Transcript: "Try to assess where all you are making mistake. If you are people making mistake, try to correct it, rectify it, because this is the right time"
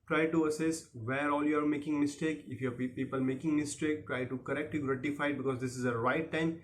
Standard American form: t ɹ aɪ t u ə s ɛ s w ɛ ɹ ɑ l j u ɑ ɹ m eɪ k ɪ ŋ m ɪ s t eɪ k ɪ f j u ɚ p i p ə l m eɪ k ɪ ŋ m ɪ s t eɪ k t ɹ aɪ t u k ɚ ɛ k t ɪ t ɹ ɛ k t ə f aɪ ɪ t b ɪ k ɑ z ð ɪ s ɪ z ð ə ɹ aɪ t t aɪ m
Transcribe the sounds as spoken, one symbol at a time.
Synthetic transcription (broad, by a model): t ɹ aɪ t u ə s ɛ s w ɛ ɹ ɑ l j u ɑ ɹ m eɪ k ɪ ŋ m ɪ s t eɪ k ɪ f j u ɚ p i p ə l m eɪ k ɪ ŋ m ɪ s t eɪ k t ɹ aɪ t u k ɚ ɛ k t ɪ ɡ ɹ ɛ t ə f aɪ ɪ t b ɪ k ɑ z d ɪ s ɪ z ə ɹ aɪ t t aɪ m